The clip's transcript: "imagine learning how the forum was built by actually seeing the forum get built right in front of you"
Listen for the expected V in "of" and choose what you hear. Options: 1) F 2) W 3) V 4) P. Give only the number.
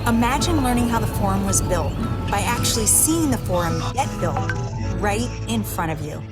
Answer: 3